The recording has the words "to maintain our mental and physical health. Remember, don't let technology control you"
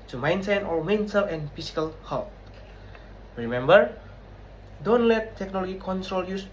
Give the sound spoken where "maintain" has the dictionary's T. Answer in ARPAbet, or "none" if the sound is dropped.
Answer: S